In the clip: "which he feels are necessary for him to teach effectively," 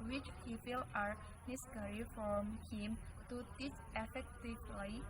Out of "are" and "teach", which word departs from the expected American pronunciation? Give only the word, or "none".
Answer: teach